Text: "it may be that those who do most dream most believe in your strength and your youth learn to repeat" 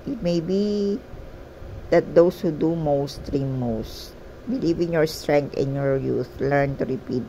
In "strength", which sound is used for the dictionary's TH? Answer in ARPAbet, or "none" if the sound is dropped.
T